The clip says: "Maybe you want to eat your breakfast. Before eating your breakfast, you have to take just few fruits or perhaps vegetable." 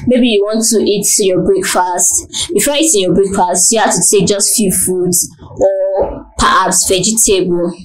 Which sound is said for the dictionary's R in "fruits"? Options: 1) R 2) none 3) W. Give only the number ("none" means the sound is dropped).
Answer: 2